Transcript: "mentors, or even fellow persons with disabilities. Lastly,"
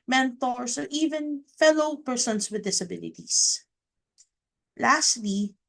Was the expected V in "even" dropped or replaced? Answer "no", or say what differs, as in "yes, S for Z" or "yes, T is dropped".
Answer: no